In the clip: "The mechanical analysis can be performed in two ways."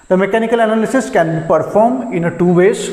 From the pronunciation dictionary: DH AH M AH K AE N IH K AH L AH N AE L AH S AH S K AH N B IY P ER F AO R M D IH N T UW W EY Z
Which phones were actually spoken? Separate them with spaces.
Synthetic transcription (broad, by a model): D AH M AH K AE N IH K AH L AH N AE L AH S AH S K AH N P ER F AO R M IH N T UW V EY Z